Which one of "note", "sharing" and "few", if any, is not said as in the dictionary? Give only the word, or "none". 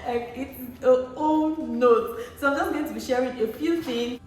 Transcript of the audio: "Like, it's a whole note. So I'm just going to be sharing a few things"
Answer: none